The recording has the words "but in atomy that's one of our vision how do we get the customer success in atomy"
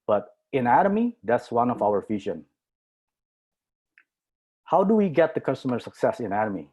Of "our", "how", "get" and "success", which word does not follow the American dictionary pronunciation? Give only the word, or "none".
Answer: none